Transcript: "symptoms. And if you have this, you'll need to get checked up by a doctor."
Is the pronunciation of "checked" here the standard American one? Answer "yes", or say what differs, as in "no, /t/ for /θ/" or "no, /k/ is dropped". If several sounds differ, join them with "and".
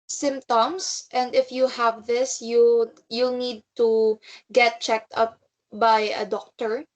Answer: yes